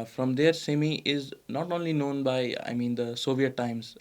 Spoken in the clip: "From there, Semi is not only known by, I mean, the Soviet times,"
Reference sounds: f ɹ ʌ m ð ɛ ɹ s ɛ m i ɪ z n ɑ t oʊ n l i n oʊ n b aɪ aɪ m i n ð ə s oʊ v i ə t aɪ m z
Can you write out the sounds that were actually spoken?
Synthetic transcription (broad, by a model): f ɹ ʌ m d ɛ ɹ s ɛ m i ɪ z n ɑ t oʊ n l i n oʊ n b aɪ aɪ m i n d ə s oʊ v i ə t aɪ m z